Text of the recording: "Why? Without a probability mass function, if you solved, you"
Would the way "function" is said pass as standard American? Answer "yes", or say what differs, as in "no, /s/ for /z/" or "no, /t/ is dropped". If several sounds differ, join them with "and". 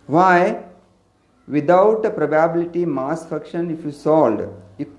no, /ŋ/ is dropped